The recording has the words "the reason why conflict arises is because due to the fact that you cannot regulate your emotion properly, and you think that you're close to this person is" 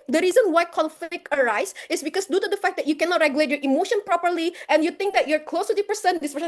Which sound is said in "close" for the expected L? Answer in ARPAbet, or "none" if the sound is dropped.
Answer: L